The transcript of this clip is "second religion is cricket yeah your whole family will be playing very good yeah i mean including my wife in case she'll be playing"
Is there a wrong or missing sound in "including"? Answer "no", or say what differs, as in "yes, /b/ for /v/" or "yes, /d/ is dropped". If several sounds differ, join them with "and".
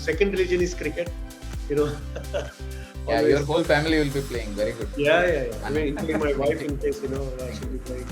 yes, /k/ is dropped